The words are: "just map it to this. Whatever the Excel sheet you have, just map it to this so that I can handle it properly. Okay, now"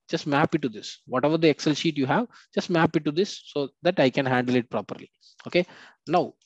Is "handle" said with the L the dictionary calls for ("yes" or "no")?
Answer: yes